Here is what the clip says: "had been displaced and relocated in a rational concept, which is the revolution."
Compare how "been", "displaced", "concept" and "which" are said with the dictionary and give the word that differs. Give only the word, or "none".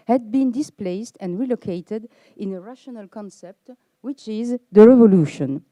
none